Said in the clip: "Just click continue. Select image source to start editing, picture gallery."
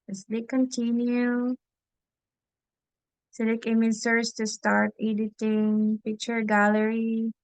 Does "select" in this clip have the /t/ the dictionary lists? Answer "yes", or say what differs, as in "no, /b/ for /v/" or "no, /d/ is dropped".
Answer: no, /t/ is dropped